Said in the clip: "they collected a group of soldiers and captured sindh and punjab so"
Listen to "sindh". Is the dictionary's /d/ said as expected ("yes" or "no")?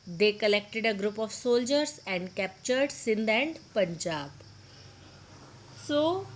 yes